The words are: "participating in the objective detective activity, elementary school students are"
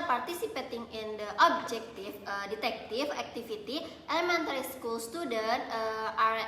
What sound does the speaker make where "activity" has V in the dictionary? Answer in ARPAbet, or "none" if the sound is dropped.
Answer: F